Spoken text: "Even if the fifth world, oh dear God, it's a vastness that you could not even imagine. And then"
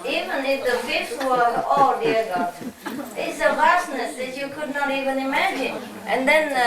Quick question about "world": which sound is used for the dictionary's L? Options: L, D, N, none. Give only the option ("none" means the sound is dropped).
none